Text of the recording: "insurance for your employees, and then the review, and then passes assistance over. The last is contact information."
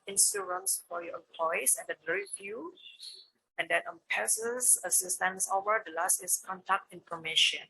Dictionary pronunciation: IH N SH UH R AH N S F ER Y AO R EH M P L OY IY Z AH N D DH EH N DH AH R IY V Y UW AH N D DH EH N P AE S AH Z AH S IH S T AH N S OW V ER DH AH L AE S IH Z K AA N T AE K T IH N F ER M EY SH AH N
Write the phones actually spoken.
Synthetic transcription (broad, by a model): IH N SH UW R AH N S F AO Y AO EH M P L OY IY AH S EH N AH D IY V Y UW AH N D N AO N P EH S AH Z AH S IH S T AH N S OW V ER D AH L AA S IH S K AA N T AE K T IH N F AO M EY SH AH N